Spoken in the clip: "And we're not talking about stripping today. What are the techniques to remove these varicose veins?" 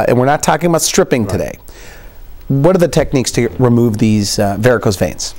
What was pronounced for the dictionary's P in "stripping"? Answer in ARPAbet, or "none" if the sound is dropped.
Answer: P